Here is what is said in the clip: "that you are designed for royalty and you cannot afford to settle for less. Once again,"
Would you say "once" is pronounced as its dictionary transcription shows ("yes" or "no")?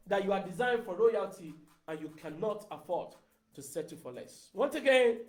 yes